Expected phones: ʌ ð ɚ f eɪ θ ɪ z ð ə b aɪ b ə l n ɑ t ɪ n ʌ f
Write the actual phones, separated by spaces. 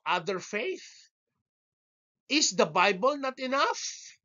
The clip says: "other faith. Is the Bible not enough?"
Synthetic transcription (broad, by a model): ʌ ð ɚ f eɪ θ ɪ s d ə b aɪ b ə l n ɑ t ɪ n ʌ f